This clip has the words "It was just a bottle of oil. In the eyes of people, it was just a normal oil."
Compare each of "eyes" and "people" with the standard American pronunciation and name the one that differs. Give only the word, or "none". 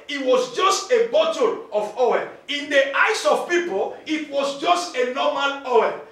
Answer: eyes